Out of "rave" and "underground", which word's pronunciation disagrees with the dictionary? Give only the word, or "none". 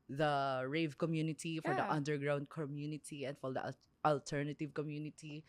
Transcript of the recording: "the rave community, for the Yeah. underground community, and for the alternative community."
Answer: none